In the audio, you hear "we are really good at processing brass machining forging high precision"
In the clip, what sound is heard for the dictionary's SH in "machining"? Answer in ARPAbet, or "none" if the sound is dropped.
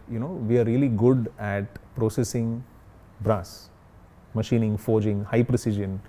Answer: SH